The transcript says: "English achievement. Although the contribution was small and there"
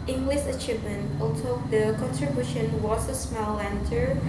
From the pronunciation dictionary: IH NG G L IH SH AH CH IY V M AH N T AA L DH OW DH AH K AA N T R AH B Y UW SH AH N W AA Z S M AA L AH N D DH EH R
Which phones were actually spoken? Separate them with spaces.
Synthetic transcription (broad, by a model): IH NG G L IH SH AH CH IY V M AH N T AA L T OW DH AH K AA N T R AH B Y UW SH AH N W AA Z S M AA L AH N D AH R